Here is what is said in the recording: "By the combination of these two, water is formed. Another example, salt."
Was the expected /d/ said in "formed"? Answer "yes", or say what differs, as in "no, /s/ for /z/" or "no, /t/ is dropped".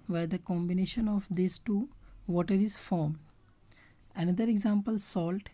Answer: no, /d/ is dropped